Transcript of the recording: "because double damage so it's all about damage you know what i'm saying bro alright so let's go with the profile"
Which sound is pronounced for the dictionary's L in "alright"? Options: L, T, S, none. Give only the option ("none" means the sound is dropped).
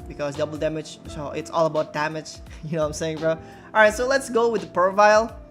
none